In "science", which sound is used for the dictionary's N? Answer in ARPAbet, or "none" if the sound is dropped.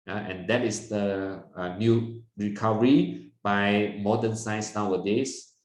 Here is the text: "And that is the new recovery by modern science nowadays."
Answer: none